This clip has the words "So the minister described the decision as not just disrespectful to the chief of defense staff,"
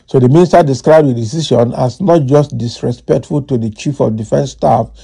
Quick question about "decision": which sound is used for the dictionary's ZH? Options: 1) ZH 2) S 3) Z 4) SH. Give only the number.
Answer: 4